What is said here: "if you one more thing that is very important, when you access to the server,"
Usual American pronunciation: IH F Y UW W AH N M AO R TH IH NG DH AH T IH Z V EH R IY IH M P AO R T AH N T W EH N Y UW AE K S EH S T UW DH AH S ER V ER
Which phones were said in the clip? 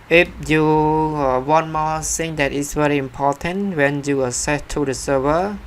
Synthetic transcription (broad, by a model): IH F Y UW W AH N M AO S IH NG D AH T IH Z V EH R IY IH M P AO T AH N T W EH N Y UW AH S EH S T UW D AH S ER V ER